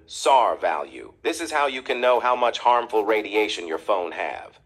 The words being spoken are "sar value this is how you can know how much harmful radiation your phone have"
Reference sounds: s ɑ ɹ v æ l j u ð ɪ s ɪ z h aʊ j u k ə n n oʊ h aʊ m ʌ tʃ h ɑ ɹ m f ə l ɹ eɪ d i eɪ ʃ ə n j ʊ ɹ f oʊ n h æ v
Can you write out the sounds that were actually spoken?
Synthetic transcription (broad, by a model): s ɑ ɹ v æ l j u ð ɪ s ɪ z h aʊ j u k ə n n oʊ h aʊ m ʌ tʃ h ɑ ɹ m f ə l ɹ eɪ d i eɪ ʃ ə n j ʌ ɹ f oʊ n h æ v